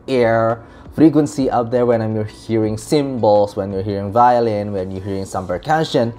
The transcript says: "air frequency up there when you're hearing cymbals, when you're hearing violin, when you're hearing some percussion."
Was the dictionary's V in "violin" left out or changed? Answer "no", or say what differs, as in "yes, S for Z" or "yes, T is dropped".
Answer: no